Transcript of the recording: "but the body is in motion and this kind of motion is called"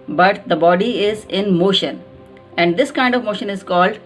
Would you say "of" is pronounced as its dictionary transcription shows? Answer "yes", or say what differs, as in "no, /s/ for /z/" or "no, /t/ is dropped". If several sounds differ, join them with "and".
yes